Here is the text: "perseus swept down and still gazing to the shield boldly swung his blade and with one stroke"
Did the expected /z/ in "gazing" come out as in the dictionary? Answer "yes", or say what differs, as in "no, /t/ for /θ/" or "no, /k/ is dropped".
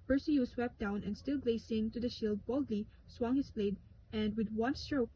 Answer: no, /s/ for /z/